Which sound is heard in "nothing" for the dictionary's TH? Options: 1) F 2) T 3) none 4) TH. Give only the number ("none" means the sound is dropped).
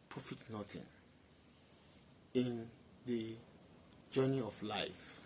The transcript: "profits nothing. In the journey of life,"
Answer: 2